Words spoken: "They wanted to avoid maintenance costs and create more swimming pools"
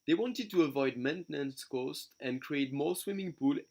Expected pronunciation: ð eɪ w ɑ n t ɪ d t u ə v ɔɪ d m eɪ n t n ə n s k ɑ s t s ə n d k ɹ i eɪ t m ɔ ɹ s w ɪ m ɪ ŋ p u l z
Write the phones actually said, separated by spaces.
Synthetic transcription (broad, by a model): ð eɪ w ɑ n t ɪ d t u ə v ɔɪ d m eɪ n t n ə n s k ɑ s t ə n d k ɹ i eɪ t m ɔ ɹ s w ɪ m ɪ ŋ p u l